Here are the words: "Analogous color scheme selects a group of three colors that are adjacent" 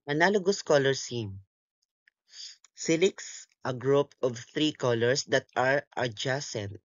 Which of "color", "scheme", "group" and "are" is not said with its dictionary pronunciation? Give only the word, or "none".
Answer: scheme